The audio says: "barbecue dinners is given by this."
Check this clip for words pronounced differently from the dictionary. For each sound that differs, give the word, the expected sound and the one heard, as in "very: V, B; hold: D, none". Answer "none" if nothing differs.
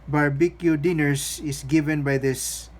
dinners: Z, S; is: Z, S